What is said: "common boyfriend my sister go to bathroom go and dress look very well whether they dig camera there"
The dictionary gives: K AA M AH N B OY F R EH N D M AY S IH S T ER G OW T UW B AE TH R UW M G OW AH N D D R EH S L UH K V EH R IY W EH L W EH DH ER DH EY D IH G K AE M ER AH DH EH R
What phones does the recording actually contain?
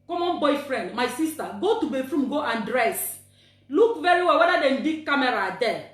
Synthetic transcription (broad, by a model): K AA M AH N B OY F R EH N D M AY S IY S T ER G OW T UW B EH F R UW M G OW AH N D D R EH S L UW K V EH R IY W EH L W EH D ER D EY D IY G K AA M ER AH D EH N